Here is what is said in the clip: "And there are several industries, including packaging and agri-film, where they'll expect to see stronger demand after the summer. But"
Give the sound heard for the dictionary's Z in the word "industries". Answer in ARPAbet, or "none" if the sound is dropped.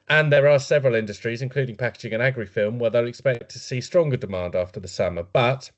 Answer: Z